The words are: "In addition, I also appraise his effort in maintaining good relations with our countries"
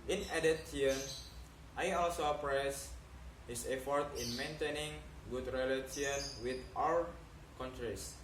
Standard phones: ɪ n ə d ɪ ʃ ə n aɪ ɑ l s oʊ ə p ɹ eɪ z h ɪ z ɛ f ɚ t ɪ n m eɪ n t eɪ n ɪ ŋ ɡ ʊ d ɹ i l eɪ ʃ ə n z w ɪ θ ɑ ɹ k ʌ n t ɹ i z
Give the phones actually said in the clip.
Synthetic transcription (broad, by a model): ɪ n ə d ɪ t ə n aɪ ɑ l s oʊ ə p ɹ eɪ s h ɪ s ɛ f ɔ t ɪ n m eɪ n t eɪ n ɪ ŋ ɡ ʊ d ɹ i l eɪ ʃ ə n w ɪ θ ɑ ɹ k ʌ n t ɹ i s